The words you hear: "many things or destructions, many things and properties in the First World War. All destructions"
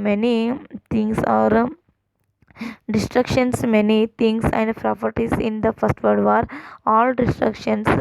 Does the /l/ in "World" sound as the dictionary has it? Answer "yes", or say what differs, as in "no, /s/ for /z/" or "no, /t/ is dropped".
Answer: no, /l/ is dropped